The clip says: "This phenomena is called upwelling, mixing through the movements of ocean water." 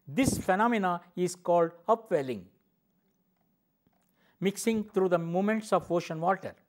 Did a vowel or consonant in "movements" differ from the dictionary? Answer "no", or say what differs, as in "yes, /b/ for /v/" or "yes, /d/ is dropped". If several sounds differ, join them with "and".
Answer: yes, /v/ is dropped